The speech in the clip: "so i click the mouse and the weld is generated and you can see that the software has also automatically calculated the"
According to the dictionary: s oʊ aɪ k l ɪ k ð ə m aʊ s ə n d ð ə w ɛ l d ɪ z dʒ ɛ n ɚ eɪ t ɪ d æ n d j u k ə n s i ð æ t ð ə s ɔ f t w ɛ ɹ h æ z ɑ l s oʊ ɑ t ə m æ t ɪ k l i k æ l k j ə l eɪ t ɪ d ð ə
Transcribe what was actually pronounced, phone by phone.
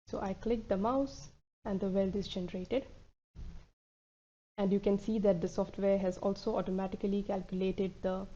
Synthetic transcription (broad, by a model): s oʊ aɪ k l ɪ k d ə m aʊ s ə n d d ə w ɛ l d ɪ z dʒ ɛ n ɚ eɪ t ɪ d æ n d j u k ə n s i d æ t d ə s ɔ f t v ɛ ɹ h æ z ɑ l s oʊ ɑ t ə m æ t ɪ k l i k æ l k j ə l eɪ t ɪ d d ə